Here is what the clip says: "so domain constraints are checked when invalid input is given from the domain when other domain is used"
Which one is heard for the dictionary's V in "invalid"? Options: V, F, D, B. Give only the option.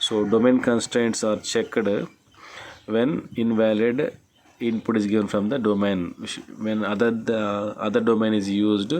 V